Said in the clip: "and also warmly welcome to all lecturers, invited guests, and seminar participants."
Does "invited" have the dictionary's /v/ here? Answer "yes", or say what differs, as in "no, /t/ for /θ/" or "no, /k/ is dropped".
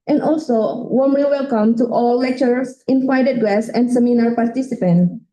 no, /f/ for /v/